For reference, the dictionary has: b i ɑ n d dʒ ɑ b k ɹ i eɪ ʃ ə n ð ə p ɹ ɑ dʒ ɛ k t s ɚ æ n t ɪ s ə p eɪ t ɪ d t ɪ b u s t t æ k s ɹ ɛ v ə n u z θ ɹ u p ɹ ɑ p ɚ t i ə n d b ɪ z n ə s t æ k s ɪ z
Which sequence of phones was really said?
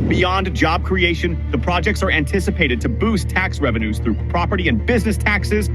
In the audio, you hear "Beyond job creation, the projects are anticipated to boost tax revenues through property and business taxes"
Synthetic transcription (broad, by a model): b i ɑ n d dʒ ɑ b k ɹ i eɪ ʃ ə n ð ə p ɹ ɑ dʒ ɛ k t s ɚ æ n t ɪ s ə p eɪ t ɪ d t ɪ b u s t t æ k s ɹ ɛ v ə n u z θ ɹ u p ɹ ɑ p ɚ t i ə n b ɪ z n ə s t æ k s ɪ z